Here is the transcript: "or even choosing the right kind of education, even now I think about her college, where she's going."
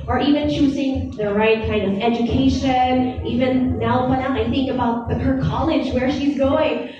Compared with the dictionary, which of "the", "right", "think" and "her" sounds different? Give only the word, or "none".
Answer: none